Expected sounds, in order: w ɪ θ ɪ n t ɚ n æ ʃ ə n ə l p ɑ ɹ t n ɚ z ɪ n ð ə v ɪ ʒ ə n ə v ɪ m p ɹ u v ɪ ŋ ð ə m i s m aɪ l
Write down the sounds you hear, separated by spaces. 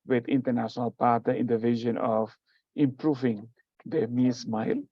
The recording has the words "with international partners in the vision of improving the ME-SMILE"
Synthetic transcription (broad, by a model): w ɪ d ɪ n t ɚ n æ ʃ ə n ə l p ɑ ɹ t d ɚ ɪ n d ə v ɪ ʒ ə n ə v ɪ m p ɹ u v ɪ ŋ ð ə m i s m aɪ l